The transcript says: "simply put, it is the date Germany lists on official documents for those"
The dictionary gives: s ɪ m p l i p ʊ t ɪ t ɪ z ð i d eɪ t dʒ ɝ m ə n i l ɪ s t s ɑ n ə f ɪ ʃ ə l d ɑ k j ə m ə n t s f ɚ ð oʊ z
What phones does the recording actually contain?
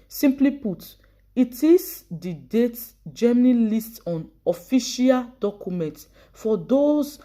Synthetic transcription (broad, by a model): s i m p l i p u t ɪ t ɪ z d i d eɪ t dʒ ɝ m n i l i s t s ɑ n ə f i ʃ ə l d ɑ k j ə m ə n t f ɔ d oʊ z